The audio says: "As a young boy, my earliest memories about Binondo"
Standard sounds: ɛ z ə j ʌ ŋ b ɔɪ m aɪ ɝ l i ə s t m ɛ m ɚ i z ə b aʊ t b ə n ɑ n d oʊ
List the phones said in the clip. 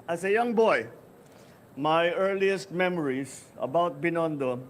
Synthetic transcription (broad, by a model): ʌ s ə j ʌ ŋ b ɔɪ m aɪ ɝ l i ə s t m ɛ m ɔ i s ə b aʊ t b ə n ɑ n d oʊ